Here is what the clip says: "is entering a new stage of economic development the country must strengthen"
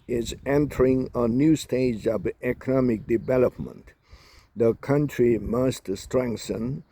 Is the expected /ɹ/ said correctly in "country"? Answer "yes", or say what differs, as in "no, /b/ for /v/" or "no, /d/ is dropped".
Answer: yes